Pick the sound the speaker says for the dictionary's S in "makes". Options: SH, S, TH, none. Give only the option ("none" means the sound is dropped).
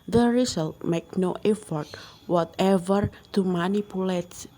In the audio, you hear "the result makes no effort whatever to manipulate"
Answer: none